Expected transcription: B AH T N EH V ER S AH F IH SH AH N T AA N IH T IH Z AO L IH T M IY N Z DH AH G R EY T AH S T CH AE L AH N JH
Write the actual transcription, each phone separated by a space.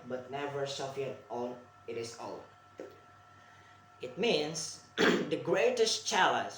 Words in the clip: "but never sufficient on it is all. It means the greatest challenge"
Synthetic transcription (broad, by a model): B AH T N EH V ER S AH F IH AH T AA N IH T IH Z AO L IH T M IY N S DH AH G R EY T AH S T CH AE L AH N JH